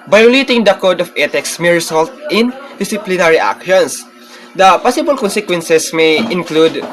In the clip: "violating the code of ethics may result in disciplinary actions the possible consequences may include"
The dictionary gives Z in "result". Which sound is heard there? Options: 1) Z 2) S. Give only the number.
2